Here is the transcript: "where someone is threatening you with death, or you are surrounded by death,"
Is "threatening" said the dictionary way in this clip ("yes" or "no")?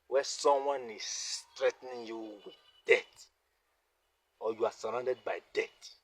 no